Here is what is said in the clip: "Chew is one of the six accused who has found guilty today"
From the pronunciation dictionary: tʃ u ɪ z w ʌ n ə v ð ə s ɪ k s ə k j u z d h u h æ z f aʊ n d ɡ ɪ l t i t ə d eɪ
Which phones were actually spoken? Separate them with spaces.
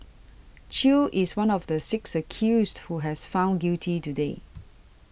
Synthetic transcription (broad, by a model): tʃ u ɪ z w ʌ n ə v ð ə s ɪ k s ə k j u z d h u h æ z f aʊ n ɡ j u t i t ə d eɪ